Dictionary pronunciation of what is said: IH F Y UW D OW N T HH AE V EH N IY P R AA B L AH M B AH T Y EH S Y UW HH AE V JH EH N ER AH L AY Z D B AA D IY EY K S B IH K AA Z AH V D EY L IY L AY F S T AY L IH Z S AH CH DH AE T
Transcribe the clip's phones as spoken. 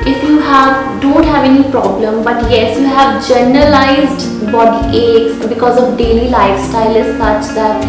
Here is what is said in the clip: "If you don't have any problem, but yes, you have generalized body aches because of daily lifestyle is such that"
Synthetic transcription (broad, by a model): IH F Y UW D OW N T HH AE V EH N IY P R AA B L AH M B AH T Y EH S Y UW HH AE V JH EH N ER AH L AY Z D B AA D IY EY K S B IH K AA Z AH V D EY L IY L AY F S T AY L IH Z S AH CH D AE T